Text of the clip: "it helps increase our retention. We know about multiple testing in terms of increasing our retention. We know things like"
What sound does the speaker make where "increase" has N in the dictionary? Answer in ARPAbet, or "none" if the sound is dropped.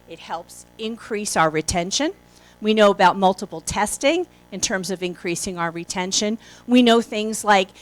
N